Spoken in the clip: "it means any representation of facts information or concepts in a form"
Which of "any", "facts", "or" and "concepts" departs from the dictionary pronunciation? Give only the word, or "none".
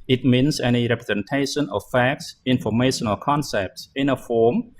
or